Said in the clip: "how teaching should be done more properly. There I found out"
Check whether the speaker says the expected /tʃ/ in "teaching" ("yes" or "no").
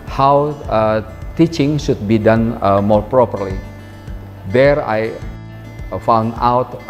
yes